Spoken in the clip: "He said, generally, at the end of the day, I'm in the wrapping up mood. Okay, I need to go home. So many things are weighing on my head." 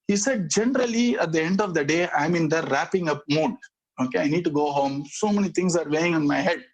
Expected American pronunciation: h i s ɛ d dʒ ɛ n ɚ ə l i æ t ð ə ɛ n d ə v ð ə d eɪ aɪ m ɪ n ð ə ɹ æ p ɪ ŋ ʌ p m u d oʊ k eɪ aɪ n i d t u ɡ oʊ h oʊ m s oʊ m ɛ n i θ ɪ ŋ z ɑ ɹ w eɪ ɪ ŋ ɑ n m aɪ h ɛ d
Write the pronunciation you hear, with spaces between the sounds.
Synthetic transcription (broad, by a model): h i s ɛ d dʒ ɛ n ɚ ə l i æ t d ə ɛ n d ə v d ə d eɪ aɪ m ɪ n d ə ɹ æ p ɪ ŋ ʌ p m u d oʊ k eɪ aɪ n i d t u ɡ oʊ h oʊ m s oʊ m ɛ n i t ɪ ŋ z ɑ ɹ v eɪ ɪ ŋ ɑ n m aɪ h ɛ d